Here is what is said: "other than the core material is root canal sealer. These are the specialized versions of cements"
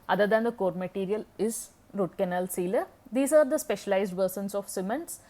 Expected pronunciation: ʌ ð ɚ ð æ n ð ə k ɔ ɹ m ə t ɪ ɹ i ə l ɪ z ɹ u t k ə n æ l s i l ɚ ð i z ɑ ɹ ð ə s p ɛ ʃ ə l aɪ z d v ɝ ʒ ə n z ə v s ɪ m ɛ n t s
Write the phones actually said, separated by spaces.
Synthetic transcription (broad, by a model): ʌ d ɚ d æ n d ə k ɔ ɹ m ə t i ɹ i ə l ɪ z ɹ u t k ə n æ l s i l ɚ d i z ɑ ɹ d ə s p ɛ ʃ ə l aɪ z d v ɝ s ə n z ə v s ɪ m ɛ n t s